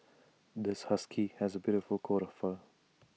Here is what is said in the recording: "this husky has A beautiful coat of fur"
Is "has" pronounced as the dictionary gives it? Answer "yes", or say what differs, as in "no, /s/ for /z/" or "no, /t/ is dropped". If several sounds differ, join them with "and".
yes